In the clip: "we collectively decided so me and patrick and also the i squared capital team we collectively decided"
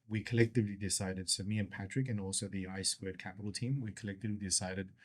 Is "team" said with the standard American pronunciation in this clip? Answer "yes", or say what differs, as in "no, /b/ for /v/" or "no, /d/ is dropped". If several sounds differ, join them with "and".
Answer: yes